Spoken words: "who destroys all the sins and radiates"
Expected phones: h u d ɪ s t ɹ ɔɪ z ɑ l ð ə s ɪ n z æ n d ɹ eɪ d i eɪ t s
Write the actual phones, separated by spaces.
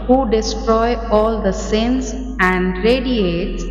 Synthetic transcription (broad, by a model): h u d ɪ s t ɹ ɔɪ ɑ l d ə s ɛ n s æ n d ɹ eɪ d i eɪ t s